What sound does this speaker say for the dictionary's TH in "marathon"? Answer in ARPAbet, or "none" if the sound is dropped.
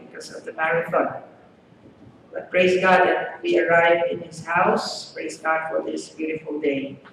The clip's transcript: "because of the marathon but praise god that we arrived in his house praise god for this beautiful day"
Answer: F